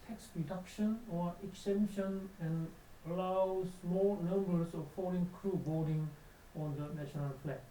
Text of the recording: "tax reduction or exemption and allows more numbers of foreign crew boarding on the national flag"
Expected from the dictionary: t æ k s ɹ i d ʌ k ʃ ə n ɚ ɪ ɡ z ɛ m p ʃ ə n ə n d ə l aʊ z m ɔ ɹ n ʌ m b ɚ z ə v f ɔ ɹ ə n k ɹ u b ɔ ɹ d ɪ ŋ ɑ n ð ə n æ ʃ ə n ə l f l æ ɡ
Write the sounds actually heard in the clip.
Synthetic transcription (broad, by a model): t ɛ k s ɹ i d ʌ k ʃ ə n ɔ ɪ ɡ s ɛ m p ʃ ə n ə n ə l aʊ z m ɔ l n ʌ m b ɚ s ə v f ɔ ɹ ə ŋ k ɹ u b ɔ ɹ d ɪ ŋ ɑ n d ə n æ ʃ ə n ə l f l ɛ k